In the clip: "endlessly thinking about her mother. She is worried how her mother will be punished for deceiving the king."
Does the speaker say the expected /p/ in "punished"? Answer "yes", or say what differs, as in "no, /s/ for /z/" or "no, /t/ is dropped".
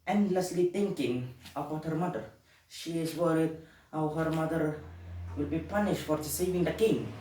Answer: yes